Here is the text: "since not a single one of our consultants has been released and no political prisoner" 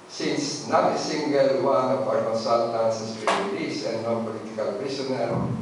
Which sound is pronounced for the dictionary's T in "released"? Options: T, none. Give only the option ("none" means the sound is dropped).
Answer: none